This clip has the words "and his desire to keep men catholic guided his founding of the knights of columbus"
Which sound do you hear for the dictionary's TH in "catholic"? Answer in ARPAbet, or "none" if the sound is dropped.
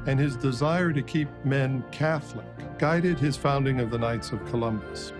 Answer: TH